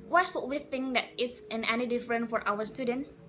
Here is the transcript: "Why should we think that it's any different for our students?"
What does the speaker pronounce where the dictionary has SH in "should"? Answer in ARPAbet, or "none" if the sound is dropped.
S